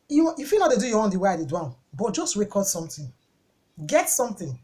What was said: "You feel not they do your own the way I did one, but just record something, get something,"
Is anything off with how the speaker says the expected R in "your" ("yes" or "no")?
yes